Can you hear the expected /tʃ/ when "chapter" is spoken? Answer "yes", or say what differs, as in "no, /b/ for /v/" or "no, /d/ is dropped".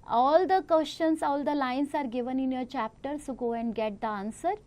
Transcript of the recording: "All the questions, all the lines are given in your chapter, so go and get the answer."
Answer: yes